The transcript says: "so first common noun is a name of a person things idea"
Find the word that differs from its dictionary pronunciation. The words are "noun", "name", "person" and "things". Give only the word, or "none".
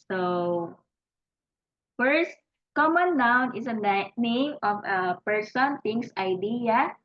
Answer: things